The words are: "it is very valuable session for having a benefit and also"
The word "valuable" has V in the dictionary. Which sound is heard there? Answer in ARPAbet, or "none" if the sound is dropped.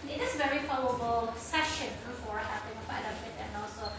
P